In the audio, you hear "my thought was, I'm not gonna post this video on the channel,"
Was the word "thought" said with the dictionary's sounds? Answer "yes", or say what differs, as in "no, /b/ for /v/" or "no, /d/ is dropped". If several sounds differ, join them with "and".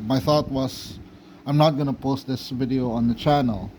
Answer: yes